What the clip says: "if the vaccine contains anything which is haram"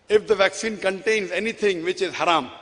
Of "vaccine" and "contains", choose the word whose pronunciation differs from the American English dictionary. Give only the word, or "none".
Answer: none